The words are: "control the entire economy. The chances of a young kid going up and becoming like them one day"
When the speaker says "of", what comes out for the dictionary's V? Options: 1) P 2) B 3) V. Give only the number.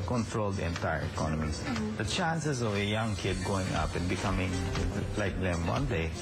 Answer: 3